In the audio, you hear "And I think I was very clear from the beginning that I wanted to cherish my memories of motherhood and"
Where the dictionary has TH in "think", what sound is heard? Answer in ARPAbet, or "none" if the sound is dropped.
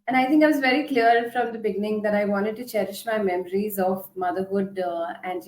T